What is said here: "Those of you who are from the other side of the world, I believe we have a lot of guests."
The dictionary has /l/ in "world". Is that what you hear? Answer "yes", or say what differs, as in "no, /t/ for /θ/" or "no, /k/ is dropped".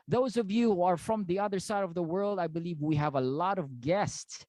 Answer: yes